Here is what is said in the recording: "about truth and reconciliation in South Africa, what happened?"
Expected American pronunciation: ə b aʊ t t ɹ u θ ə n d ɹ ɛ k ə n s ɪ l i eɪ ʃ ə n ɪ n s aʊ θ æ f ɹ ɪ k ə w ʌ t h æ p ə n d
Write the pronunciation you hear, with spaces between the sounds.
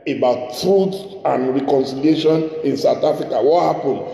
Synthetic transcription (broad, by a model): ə b aʊ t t ɹ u t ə n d ɹ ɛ k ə n s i l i eɪ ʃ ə n ɪ n s aʊ t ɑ f ɹ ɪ k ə w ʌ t h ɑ p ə n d